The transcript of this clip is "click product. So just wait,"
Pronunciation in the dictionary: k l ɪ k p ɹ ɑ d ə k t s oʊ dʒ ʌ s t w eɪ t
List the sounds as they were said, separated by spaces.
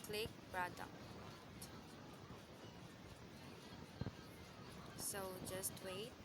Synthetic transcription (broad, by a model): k l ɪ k b ɹ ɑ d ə t s oʊ dʒ ʌ s t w eɪ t